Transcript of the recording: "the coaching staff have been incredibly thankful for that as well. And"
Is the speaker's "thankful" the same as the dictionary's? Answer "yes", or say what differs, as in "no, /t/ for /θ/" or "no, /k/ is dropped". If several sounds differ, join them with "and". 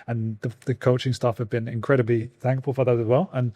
yes